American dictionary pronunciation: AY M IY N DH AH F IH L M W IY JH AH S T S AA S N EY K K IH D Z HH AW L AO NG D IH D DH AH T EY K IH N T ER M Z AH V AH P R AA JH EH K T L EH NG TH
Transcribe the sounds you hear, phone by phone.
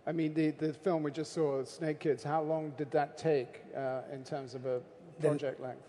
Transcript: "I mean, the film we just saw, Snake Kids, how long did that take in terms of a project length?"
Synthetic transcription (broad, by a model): AY M IY N DH AH F IH L M W IY JH AH S T S AA S N EY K K IH D Z HH AW L AO NG D IH D DH AH T EY K IH N T ER M Z AH V AH P R AA JH EH K T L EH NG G